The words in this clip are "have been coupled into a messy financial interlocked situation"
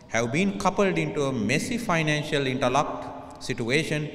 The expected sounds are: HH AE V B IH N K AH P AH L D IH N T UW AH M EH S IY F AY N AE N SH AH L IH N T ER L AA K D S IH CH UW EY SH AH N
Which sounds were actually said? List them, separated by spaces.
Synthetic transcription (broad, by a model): HH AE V B IH N K AH P AH L D IH N T UW AH M EH S IY F AY N AE N SH AH L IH N T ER L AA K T S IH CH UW EY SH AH N